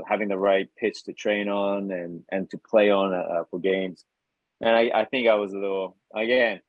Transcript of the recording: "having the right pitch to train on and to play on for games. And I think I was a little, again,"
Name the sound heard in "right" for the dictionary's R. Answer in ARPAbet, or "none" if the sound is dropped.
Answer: R